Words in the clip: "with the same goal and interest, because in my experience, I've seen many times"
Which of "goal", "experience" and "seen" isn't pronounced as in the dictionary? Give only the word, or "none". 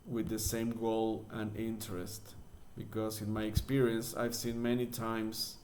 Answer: none